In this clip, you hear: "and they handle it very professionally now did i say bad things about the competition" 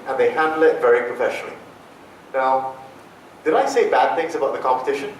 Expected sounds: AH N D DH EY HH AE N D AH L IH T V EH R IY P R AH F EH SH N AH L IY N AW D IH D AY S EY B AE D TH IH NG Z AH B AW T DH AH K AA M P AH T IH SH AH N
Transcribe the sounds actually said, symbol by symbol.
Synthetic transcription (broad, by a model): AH N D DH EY HH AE N D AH L IH T V EH R IY P R AH F EH SH N AH L IY N AW D IH D AY S EY B AE D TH IH NG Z AH B AW T DH AH K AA M P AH T IH SH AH N